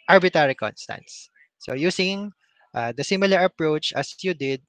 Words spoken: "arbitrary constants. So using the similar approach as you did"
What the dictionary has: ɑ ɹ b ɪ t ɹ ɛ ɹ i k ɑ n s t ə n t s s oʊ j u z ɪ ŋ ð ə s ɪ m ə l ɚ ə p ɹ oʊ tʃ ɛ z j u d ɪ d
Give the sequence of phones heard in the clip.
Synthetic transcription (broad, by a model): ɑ ɹ b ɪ t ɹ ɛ ɹ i k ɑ n s t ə n t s s oʊ j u s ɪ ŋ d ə s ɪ m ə l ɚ ə p ɹ oʊ tʃ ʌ s j u d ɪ d